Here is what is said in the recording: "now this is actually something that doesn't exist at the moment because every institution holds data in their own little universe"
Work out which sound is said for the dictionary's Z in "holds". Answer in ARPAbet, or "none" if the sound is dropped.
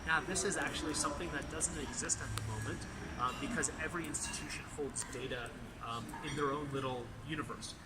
Z